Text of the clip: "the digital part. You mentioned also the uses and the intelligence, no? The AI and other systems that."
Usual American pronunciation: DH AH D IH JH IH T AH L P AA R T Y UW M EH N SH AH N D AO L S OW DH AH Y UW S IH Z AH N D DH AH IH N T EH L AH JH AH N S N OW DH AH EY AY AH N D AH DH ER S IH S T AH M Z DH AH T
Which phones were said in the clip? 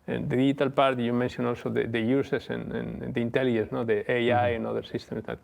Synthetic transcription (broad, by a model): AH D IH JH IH T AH L P AA R T Y UW M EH N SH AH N AO L S OW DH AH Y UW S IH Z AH N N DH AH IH N T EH L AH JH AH N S N OW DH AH EY AY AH N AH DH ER S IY S T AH M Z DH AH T